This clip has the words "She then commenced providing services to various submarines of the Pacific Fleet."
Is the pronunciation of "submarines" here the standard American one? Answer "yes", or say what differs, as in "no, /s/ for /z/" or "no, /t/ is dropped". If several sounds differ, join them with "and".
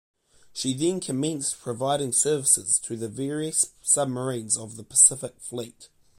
yes